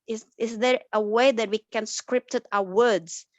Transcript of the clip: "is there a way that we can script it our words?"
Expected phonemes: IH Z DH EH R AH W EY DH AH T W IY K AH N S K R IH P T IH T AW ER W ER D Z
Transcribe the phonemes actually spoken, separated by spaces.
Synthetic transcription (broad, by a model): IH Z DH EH R AH W EY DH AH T W IY K AH N S K R IH P T IH T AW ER W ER D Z